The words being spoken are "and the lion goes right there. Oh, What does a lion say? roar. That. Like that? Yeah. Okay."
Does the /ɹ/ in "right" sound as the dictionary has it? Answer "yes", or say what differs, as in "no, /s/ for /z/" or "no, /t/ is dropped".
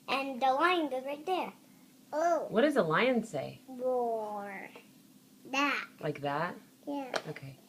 no, /l/ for /ɹ/